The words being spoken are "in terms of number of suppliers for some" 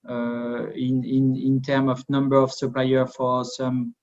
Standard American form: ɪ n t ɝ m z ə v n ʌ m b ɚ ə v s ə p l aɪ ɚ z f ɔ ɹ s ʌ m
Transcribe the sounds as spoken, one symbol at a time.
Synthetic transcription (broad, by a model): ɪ n t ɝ m ə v n ʌ m b ɚ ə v s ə p l aɪ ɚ f ɔ ɹ s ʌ m